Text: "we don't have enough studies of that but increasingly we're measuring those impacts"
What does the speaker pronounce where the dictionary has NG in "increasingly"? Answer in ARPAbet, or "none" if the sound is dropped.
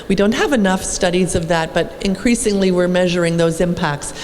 NG